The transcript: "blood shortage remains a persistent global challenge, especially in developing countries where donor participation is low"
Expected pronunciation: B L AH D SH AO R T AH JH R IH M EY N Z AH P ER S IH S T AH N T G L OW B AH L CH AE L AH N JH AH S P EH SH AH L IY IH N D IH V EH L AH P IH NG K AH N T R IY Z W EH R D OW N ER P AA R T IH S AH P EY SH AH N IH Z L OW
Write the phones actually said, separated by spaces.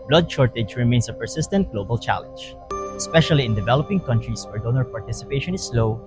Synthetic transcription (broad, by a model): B L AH D SH AO R T AH JH R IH M EY N S AH P ER S IH S T AH N T G L OW B AH L CH AE L AH N JH AH S P EH SH AH L IY IH N D IH V EH L AH P IH NG K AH N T R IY S W EH R D OW N ER P AA R T IH S AH P EY SH AH N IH S L OW